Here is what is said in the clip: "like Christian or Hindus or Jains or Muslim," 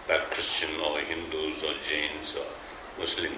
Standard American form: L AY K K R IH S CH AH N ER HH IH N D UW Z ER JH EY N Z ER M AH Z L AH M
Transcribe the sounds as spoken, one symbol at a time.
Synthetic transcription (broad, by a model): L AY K K R IH S CH AH N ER HH IH N D UW Z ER JH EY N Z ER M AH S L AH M